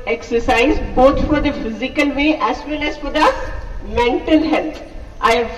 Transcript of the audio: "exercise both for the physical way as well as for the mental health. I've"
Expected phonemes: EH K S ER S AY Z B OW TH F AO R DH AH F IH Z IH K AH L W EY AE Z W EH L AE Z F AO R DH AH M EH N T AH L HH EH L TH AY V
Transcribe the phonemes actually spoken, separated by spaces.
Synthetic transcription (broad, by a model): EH K S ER S AY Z B OW T F AO R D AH F IH Z IH K AH L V EY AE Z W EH N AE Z F AO R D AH M EH N T AH L HH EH L T AY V